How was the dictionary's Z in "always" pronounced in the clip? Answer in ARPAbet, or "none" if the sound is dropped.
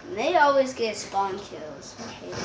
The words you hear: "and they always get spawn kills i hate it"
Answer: Z